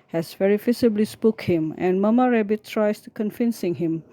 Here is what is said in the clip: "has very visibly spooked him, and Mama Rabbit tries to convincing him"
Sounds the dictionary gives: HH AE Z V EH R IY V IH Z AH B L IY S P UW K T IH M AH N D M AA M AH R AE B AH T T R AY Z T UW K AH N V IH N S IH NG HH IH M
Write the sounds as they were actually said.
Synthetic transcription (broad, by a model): HH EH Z V EH R IY F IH S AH B L IY S P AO K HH IH M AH N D M AA M AH R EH B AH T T R AY S T UW K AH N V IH N S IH NG HH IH M